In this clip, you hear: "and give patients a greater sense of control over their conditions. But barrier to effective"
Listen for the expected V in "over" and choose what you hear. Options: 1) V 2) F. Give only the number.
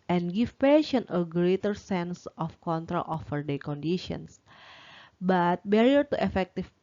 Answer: 2